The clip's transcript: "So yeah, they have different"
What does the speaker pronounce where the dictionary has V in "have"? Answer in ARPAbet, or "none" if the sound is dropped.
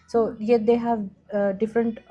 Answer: V